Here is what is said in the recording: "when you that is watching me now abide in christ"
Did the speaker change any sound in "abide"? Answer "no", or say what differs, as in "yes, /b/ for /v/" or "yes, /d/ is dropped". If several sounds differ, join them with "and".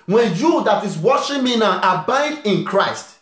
no